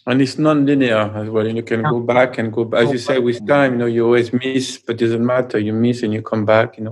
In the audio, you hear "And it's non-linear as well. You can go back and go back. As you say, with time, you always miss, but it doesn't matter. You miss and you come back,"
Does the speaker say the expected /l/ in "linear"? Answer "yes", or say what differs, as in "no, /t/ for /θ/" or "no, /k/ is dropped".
yes